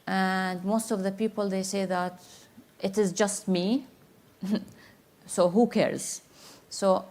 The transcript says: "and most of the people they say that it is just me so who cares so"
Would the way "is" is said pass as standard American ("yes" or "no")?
yes